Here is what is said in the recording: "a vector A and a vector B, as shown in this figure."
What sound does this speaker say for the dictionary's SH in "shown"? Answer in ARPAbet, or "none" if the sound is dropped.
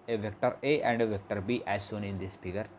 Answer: S